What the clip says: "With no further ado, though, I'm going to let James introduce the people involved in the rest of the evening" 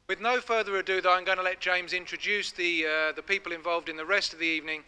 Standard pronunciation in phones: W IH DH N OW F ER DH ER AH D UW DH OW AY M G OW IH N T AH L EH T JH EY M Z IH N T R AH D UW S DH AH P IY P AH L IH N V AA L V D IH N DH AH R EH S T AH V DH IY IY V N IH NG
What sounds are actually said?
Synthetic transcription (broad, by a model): W IH DH N OW F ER DH ER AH D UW DH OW AY M G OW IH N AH L EH T JH EY M Z IH N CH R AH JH UW S DH AH P IY P AH L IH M V AA L V D IH N DH AH R EH S T AH V DH IY IY V N IH NG